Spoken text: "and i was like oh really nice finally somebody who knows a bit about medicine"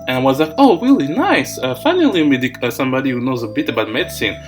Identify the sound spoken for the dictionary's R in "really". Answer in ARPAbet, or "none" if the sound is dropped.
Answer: R